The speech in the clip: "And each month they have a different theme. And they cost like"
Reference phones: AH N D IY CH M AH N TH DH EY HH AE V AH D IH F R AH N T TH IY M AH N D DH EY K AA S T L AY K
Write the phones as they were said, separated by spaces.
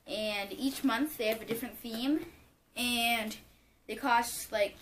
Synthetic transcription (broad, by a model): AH N IY CH M AH N TH DH EY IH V AH D IH F R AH N TH IY M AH N DH EY K AA S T L AY K